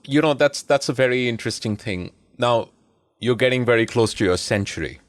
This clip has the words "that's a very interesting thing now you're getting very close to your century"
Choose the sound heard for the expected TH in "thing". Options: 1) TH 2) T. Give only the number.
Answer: 1